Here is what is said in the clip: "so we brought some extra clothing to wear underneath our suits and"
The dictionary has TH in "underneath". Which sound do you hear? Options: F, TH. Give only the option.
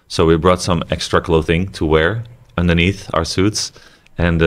TH